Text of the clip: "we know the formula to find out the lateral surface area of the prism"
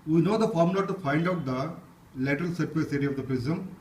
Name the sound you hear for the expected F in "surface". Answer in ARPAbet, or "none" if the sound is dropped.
none